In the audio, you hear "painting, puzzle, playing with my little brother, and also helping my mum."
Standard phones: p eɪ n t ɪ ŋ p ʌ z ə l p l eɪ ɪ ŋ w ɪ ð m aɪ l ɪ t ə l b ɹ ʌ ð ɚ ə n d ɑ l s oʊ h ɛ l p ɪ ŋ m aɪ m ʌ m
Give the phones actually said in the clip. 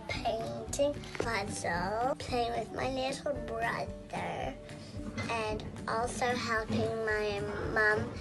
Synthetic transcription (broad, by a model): p eɪ n t ɪ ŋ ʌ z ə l p l eɪ ɪ ŋ w ɪ ð m aɪ n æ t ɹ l b ɹ ʌ ð ɚ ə n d ɑ l s oʊ h ɛ l p ɪ ŋ m aɪ m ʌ m